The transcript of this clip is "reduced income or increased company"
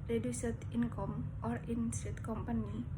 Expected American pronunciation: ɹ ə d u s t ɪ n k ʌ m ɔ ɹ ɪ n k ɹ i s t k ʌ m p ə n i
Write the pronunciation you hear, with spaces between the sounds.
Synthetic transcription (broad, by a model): ɹ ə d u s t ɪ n k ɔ m ɔ ɹ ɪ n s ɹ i t k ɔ m p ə n i